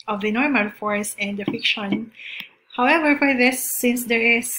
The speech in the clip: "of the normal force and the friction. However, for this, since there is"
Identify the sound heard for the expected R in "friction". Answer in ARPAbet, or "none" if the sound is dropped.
none